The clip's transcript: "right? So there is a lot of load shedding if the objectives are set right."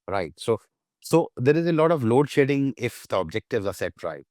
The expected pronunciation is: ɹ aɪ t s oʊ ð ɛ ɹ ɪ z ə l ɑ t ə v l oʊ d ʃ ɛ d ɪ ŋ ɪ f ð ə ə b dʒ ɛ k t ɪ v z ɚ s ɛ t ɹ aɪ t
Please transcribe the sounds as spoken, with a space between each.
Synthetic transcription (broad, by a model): ɹ aɪ t s oʊ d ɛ ɹ ɪ z ə l ɑ t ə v l oʊ d ʃ ɛ d ɪ ŋ ɪ f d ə ə b dʒ ɛ k t ɪ v z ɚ s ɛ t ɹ aɪ